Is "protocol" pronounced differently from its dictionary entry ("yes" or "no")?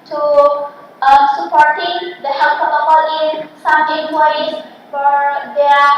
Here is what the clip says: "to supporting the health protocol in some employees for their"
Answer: yes